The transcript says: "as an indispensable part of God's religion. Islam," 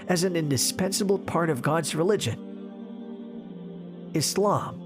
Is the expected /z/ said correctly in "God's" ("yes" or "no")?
yes